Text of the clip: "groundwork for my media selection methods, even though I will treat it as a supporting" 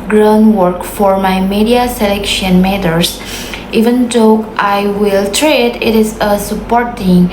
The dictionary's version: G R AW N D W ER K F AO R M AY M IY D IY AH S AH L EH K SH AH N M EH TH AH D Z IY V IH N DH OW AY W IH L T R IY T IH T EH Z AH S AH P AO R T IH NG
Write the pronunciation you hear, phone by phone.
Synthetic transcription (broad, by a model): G R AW N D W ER K F AO R M AY M IY D IY AH S AH L EH K SH AH N M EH T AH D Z IY V IH N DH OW AY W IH L T R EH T IH T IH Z AH S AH P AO R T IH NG